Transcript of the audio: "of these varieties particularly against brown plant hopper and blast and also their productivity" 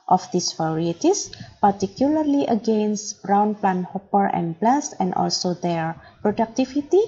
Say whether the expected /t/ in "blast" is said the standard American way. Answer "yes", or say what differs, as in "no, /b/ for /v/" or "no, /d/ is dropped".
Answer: no, /t/ is dropped